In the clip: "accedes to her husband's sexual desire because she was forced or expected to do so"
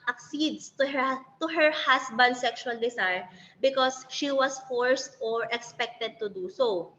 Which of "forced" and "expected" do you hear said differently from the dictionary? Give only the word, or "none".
none